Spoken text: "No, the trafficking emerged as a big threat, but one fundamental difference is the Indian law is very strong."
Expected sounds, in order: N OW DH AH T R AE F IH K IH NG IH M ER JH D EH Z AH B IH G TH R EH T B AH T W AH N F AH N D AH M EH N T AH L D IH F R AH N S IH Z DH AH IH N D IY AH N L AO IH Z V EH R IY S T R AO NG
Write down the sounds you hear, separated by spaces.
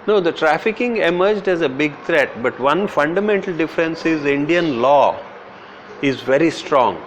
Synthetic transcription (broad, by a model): N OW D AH T R AE F IH K IH NG IH M ER JH D EH Z AH B IH G T R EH T B AH T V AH N F AH N D AH M EH N T AH L D IH F R AH N S IH Z IH N D IY AH N L AO IH Z V EH R IY S T R AO NG